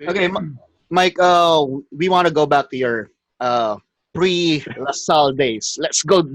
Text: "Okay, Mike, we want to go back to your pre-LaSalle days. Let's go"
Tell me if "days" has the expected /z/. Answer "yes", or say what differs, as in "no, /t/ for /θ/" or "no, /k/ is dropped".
no, /s/ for /z/